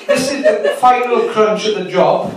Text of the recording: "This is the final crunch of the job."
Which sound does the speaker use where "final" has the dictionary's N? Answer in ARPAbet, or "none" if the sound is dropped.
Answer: none